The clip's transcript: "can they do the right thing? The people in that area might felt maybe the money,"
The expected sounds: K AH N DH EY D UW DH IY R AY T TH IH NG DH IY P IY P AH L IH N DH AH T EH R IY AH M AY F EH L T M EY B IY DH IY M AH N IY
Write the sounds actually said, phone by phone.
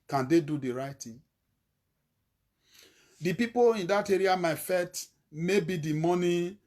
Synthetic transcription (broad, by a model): K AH N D EY D UW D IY R AY T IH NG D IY P IY P AH L IH N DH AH T EH R IY AH M AY F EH T M EY B IY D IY M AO N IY